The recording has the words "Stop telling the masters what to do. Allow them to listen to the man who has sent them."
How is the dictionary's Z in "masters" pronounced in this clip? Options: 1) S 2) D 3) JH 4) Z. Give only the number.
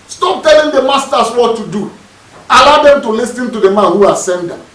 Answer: 1